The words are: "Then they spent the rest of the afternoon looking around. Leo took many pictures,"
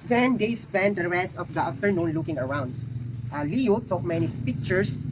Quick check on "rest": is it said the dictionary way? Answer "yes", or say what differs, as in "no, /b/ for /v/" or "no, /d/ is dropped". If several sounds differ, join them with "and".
no, /t/ is dropped